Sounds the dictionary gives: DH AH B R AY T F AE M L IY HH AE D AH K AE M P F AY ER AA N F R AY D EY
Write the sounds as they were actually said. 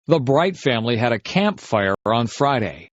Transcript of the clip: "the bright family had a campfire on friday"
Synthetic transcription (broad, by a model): DH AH B R AY T F AE M L IY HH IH D AH K AE M P F AY ER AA N F R AY D EY